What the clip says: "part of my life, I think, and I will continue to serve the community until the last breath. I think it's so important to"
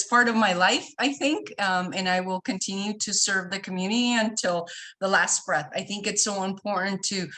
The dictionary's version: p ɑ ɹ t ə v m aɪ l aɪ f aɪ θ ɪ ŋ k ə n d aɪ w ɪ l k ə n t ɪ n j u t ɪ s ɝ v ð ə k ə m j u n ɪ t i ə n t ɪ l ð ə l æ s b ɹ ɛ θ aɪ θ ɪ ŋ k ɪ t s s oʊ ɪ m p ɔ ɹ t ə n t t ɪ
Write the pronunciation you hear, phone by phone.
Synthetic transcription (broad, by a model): p ɑ ɹ t ə v m aɪ l aɪ f aɪ θ ɪ ŋ k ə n aɪ w ɪ l k ə n t ɪ n j u t ɪ s ɝ v ð ə k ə m j u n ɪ t i ə n t ɪ l ð ə l æ s b ɹ ɛ θ aɪ θ ɪ ŋ k ɪ t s s oʊ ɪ m p ɔ ɹ t n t t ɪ